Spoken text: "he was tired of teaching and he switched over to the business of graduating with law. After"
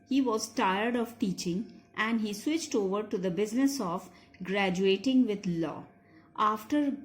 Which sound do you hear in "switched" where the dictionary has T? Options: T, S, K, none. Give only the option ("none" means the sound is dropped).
T